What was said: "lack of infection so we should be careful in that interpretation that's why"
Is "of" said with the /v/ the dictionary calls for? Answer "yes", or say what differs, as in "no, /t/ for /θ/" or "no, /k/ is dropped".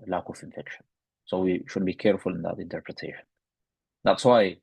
no, /f/ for /v/